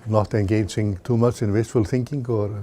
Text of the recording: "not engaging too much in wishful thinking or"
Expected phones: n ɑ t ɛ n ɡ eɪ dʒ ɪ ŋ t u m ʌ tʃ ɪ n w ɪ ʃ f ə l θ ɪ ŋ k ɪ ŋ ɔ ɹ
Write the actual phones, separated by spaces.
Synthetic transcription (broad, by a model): n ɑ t ɛ n ɡ eɪ dʒ ɪ ŋ t u m ʌ tʃ ɪ n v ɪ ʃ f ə l θ ɪ ŋ k ɪ ŋ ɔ ɹ